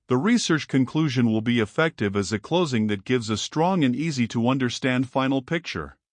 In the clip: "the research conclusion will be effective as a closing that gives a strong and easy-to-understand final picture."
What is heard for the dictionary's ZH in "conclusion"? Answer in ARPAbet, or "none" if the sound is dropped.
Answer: ZH